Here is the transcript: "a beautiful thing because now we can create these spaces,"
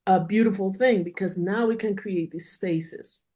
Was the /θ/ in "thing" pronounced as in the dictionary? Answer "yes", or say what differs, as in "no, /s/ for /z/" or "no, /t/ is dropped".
yes